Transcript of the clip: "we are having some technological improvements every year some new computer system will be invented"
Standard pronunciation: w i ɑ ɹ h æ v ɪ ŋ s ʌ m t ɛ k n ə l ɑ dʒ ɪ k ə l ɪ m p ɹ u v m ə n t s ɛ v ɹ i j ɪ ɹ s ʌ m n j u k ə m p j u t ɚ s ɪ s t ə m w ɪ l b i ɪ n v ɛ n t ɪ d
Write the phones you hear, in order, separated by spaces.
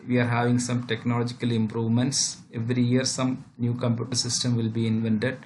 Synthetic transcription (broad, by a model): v i ɑ ɹ h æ v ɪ ŋ s ʌ m t ɛ k n ə l ɑ dʒ ɪ k ə l ɪ m p ɹ u v m ə n t s ɛ v ɹ i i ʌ ɹ s ʌ m n j u k ə m p j u t ɚ s ɪ s t ə m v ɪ l b i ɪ n v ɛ n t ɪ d